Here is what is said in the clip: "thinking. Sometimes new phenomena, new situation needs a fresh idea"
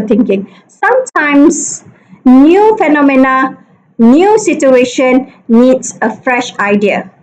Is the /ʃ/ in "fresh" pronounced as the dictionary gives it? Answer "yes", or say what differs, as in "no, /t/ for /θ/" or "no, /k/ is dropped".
yes